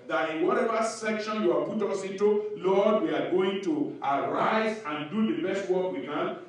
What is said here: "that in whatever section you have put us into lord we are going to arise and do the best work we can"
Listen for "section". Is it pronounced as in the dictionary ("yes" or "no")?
yes